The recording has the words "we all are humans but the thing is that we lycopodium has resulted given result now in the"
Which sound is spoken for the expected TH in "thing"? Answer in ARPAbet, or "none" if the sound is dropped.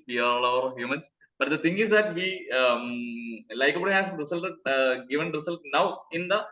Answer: T